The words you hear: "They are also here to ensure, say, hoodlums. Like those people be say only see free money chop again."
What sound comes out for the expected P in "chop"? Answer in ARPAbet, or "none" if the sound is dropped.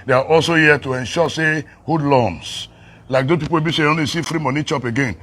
P